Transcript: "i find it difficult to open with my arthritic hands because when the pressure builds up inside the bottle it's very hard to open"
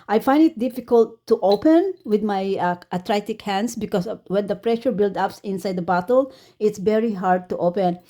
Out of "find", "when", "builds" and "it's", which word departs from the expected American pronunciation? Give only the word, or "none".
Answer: builds